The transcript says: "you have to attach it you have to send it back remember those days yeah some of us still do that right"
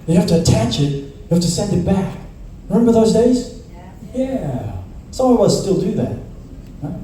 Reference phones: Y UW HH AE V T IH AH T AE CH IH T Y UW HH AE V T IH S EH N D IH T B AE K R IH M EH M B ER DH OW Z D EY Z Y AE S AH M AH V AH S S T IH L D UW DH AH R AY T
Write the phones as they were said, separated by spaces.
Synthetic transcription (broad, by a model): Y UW HH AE F T IH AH T AE CH IH T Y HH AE F T IH S EH N D IH T B AE K R IH M EH M B ER DH OW Z D EY Z Y AE S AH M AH W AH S S T IH L D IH DH AH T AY